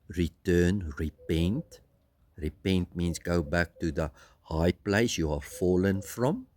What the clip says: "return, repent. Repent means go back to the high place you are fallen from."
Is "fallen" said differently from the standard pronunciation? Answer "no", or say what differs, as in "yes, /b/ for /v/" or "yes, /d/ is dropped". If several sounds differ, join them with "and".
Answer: no